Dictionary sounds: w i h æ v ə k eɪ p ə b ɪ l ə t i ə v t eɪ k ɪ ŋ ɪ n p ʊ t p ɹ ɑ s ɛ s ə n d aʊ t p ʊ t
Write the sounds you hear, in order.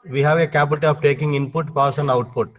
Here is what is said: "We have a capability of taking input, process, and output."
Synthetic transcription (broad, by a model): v i h æ v ə k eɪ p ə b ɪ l t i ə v t eɪ k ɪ ŋ ɪ n p ʊ t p ɑ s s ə n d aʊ t p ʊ t